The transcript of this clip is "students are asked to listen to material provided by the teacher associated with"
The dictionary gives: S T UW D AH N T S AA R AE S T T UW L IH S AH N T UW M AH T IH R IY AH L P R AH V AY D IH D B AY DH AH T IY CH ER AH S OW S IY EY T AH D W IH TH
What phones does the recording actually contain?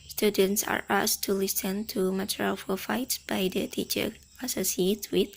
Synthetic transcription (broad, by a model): S T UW D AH N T S AA R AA S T T UW L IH S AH N T UW M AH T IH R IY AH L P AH F AY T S B AY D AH T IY CH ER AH S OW S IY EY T W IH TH